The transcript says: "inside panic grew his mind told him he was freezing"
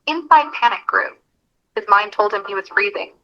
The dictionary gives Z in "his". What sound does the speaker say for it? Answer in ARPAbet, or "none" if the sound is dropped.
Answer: Z